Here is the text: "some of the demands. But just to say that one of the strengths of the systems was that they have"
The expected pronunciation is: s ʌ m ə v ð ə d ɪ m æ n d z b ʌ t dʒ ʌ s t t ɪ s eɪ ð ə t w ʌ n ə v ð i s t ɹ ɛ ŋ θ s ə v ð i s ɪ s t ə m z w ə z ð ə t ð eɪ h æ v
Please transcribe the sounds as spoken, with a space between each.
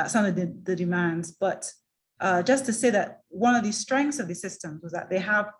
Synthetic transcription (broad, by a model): s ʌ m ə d ð ə d ɪ m æ n d z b ʌ t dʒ ʌ s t t ɪ s eɪ ð ə t w ʌ n ə v ð i s t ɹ ɛ ŋ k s ə v ð i s ɪ s t ə m z w ə z ð ə t ð eɪ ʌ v